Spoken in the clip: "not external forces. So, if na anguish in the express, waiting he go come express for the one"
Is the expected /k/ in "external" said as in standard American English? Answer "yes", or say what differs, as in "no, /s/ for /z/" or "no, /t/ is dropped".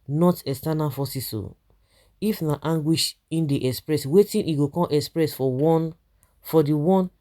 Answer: no, /k/ is dropped